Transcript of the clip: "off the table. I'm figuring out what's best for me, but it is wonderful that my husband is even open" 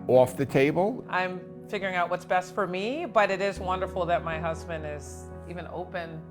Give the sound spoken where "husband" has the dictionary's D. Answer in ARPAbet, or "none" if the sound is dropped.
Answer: D